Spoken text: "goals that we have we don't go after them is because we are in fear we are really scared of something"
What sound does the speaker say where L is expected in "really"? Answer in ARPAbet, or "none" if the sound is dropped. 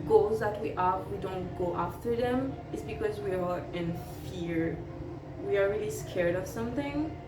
L